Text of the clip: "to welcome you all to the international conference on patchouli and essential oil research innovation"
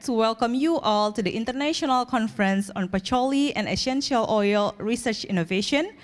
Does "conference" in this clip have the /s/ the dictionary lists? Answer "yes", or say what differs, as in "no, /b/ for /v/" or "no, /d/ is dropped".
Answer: yes